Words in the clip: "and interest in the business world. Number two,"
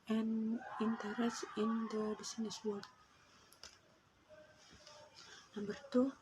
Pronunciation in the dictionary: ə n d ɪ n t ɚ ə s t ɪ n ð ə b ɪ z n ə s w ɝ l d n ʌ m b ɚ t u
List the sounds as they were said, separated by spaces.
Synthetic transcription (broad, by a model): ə n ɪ n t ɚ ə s ɪ n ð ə b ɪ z n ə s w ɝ d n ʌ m b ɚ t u